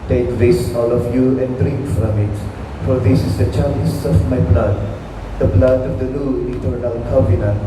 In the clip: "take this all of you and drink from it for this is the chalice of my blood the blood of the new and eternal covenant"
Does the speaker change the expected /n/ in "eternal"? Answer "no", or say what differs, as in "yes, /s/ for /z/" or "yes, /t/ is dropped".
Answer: yes, /n/ is dropped